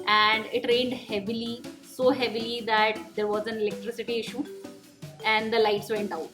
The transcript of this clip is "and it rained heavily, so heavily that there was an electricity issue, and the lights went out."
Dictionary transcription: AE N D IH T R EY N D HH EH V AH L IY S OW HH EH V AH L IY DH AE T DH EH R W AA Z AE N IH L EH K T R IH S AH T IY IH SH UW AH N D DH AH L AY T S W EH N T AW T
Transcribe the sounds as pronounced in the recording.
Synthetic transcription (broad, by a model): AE N D IH T R EY N D HH EH V AH L IY S OW HH EH V AH L IY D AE T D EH R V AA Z AE N IH L EH K T R IH S AH T IY IH SH UW AH N D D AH L AY T S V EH N T AW T